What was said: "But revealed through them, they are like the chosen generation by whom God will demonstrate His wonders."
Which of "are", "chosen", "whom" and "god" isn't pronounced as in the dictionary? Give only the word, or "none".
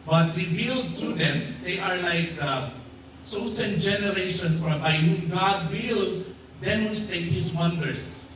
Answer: chosen